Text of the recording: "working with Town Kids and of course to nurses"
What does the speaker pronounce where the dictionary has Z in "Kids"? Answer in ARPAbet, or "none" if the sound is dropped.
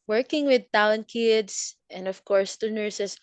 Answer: S